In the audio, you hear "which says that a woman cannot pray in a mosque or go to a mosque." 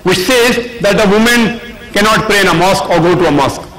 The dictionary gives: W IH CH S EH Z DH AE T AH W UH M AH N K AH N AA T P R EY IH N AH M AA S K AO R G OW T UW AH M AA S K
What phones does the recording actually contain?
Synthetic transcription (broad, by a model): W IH CH S EH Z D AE T AH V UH M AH N K AH N AA T P R EY IH N AH M AA S K AO R G OW T UW AH M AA S K